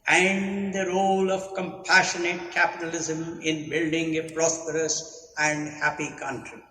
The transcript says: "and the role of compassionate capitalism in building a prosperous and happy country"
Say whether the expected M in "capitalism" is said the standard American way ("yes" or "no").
yes